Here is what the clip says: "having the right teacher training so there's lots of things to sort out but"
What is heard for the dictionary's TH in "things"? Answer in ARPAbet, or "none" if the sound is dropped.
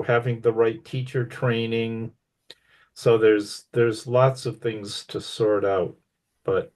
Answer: TH